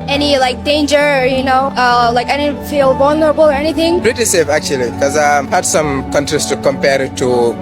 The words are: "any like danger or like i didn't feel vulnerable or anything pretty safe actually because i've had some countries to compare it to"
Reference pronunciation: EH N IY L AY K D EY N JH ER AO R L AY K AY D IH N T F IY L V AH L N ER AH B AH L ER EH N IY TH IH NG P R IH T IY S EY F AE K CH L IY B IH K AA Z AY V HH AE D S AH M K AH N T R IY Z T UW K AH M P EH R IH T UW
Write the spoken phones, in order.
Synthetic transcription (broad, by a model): EH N IY L AY K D EY N JH ER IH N L AY K AY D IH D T F IY L B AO N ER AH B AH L ER EH N IY TH IH NG B R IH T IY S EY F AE K CH IY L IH K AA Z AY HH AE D S AH M K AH N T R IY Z T UW K AH M P EH R IH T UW